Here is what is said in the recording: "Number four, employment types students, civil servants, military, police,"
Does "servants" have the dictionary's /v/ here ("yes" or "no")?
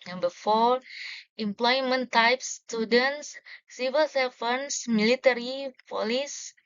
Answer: no